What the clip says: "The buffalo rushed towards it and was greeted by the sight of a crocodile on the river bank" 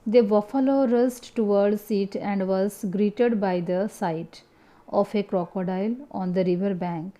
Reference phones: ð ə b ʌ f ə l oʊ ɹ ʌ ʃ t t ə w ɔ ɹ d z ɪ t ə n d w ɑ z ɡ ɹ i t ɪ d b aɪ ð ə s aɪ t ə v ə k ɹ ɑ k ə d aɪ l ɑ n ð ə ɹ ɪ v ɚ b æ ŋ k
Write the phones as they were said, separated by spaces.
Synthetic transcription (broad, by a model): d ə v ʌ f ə l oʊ ɹ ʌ s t t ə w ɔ ɹ d s ɪ t ə n d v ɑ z ɡ ɹ i t ɪ d b aɪ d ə s aɪ t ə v ə k ɹ ɑ k ə d aɪ l ɑ n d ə ɹ ɪ v ɚ b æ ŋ k